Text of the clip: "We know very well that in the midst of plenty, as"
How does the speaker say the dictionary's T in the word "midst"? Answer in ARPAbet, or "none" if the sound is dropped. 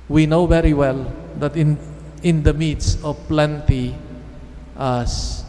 none